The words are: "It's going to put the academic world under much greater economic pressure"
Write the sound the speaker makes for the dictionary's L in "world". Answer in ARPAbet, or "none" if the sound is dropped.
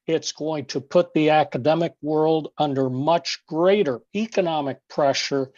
L